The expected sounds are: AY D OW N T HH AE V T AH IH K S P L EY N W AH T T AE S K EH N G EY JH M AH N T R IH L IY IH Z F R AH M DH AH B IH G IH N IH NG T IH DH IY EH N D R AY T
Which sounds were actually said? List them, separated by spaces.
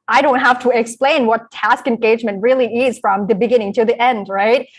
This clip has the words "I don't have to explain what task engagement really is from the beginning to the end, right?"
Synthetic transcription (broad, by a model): AY D OW N T HH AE F T AH IH K S P L EY N W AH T T AE S K EH N G EY JH M AH N T R IH L IY IH Z F R AH M DH AH B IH G IH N IH NG T IH DH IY EH N D R AY T